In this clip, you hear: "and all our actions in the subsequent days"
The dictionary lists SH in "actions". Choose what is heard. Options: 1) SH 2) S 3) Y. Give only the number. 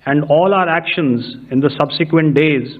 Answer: 1